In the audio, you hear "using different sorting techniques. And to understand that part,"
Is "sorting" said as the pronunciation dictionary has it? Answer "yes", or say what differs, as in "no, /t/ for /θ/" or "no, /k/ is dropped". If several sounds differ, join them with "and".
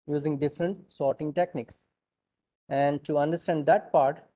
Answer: yes